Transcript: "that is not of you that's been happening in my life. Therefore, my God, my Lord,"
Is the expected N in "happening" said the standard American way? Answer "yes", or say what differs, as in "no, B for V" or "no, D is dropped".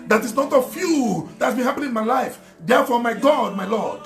no, N is dropped